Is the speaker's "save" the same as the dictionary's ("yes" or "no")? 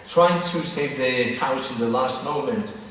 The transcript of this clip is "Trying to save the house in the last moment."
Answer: yes